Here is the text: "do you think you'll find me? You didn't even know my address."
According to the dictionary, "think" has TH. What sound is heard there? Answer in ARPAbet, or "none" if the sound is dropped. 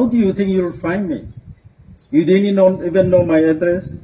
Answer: T